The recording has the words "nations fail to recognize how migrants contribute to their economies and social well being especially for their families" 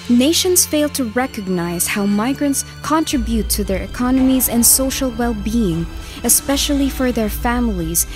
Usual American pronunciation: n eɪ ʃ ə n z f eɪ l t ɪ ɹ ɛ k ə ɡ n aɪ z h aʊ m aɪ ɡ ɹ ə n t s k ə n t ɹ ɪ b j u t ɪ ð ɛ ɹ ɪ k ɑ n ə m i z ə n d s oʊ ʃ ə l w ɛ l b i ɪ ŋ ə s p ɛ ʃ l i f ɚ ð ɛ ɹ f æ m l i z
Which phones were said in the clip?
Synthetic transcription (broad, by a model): n eɪ ʃ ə n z f eɪ l t ɪ ɹ ɛ k ə ɡ n aɪ z h aʊ m aɪ ɡ ɹ ə n t s k ə n t ɹ ɪ b j u t ɪ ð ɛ ɹ ɪ k ɑ n ə m i z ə n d s oʊ ʃ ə l w ɛ l b i ɪ ŋ ə s p ɛ ʃ l i f ɚ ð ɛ ɹ f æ m l i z